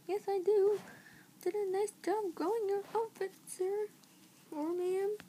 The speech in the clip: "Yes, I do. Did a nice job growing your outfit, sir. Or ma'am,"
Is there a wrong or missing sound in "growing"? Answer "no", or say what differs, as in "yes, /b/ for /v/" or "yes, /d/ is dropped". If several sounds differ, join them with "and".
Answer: yes, /ɹ/ is dropped